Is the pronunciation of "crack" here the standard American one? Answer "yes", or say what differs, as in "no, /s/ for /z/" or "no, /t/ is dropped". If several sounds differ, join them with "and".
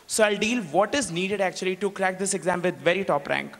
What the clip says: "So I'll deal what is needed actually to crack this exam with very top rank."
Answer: yes